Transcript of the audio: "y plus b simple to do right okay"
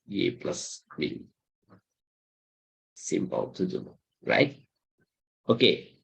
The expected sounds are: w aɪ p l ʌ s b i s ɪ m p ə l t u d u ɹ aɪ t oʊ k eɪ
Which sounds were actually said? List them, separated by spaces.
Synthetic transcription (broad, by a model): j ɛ p l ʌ s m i s ɪ m p ə l t u d u ɹ aɪ t oʊ k eɪ